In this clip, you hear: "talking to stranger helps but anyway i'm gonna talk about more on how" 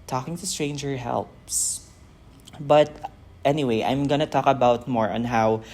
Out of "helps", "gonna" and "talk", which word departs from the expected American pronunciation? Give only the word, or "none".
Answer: none